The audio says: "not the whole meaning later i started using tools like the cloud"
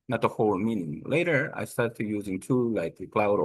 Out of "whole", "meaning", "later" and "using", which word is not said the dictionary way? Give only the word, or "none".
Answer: none